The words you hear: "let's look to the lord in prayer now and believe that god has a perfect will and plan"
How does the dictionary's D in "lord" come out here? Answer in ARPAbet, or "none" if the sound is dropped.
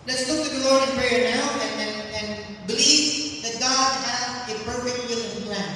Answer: none